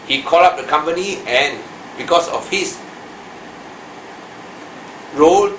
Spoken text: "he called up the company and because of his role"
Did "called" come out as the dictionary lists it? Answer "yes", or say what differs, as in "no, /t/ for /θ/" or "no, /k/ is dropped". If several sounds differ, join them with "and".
no, /d/ is dropped